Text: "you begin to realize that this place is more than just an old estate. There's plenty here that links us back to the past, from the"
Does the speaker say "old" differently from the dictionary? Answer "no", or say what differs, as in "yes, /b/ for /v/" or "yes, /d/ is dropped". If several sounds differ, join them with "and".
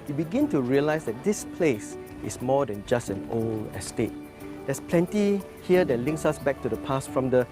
yes, /d/ is dropped